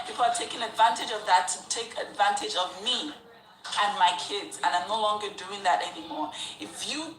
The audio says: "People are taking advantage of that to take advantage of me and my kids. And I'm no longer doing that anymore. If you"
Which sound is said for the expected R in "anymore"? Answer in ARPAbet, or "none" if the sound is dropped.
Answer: R